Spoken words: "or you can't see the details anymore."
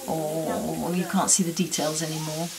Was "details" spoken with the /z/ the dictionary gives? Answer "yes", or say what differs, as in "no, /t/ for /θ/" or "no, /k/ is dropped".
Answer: yes